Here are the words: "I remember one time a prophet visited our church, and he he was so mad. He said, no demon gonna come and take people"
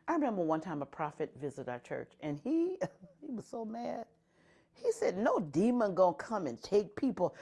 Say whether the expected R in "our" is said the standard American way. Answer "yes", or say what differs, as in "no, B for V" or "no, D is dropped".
yes